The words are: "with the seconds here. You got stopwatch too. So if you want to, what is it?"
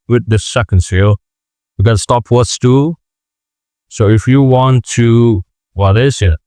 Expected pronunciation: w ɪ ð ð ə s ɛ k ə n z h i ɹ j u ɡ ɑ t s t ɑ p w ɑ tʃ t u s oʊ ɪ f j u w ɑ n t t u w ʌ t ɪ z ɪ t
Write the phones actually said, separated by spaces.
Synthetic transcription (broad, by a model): w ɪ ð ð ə s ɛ k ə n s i l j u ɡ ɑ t s t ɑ p w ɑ s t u s oʊ ɪ f j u w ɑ n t t u w ʌ t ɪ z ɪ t